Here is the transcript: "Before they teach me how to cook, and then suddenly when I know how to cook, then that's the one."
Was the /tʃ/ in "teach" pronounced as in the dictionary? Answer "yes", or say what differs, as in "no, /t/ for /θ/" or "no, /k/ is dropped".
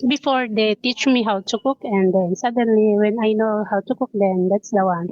yes